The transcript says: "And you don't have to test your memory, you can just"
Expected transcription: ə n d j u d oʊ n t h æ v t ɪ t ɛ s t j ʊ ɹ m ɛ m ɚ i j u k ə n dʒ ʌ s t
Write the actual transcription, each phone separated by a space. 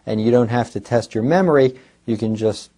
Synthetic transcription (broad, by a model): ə n j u d oʊ n t h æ f t ɪ t ɛ s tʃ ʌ ɹ m ɛ m ɚ i j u k ə n dʒ ʌ s t